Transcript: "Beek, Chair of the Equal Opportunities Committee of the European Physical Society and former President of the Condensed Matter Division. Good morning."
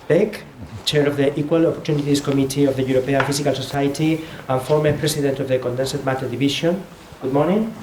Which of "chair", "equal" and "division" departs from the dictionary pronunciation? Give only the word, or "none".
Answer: division